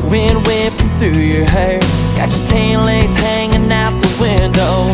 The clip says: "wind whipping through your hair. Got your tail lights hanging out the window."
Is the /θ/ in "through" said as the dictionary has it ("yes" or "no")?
yes